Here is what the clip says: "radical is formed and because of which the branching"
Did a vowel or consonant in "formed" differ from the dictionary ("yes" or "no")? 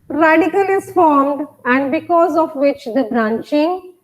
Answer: no